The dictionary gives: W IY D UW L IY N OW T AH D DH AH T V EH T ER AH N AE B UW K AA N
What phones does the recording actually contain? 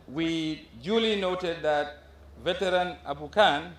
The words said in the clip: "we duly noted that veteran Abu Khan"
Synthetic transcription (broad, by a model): W IY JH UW L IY N OW T AH D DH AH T V EH T ER AH N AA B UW K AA N